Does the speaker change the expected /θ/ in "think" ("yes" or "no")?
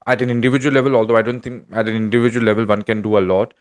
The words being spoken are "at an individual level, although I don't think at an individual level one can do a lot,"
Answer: yes